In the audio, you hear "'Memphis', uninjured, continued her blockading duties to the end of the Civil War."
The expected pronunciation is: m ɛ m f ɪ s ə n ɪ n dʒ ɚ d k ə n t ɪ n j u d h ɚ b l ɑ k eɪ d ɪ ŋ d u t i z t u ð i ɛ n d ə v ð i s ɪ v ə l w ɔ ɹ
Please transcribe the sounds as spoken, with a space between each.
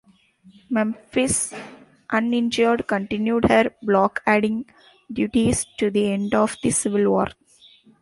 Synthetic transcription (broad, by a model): m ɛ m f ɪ s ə n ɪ n dʒ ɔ d k ə n t ɪ n j u d h ɚ b l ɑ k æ d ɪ ŋ d u t i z t u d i ɛ n d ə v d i s ɪ v ə l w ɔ ɹ